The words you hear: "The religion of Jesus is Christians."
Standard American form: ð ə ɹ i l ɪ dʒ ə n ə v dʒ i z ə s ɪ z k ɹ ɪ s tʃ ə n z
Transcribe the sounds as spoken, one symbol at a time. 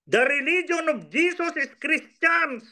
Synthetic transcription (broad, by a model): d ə ɹ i l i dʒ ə n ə b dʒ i s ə s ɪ s k ɹ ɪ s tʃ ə n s